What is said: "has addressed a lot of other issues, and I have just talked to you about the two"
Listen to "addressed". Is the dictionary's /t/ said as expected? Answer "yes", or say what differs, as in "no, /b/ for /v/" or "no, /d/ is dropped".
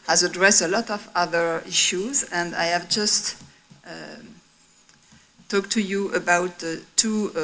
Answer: no, /t/ is dropped